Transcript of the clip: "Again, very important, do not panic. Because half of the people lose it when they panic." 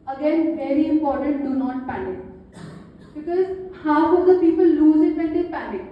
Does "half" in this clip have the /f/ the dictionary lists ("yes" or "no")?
no